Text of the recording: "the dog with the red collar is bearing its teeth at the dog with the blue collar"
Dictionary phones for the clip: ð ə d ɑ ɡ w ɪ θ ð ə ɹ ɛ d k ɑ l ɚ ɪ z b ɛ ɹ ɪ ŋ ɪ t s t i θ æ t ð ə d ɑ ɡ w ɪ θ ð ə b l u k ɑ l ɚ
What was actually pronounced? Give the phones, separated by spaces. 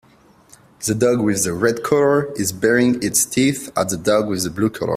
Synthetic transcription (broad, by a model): ð ə d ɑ ɡ w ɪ ð ə ɹ ɛ d k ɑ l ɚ ɪ z b ɛ ɹ ɪ ŋ ɪ t s t i θ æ t ð ə d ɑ ɡ w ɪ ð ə b l u k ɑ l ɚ